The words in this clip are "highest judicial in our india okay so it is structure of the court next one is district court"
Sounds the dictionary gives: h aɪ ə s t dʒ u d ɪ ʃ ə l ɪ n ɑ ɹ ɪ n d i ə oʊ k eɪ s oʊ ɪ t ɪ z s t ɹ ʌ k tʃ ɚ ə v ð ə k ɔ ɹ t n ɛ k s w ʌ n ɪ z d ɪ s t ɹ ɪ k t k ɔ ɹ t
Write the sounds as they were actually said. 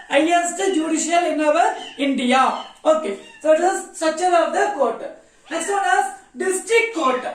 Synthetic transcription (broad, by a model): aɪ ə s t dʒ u d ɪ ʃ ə l ɪ n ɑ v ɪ n d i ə oʊ k eɪ s oʊ ɪ t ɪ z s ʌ tʃ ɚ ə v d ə k ɔ ɹ t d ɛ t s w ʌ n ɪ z d ɪ s t ɹ ɪ k t k ɔ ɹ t